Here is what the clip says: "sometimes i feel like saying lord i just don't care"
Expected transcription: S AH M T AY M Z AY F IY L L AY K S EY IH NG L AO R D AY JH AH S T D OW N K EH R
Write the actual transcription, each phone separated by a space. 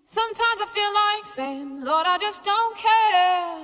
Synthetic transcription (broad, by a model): S AH M T AY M Z AY F IY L L AY K S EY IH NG L AO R D AY JH AH S D OW N K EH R